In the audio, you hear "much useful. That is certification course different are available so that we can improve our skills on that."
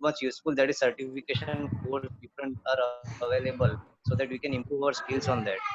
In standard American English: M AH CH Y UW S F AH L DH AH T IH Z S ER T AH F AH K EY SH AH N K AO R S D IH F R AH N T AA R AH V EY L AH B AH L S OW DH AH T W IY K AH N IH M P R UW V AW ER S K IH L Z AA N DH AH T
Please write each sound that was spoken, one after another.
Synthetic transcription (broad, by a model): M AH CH Y UW S F AH L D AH T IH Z S ER T AH F AH K EY SH AH N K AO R D IH F R AH N T AA R AH V EY L AH B AH L S OW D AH T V IY K AH N IH M P R UW V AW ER S K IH L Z AA N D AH T